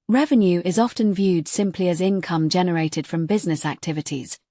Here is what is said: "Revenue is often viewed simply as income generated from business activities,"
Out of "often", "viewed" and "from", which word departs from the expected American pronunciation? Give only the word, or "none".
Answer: none